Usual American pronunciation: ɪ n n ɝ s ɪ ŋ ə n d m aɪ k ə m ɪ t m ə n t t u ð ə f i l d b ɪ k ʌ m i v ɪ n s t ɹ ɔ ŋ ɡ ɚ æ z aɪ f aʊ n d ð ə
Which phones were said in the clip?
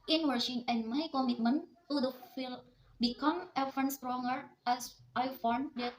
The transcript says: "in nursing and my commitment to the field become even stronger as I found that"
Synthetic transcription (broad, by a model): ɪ n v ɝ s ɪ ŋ ə n d m aɪ k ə m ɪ t m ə n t t u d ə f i l b ɪ k ʌ m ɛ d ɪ n s t ɹ ɔ ŋ ɡ ɚ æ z aɪ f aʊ n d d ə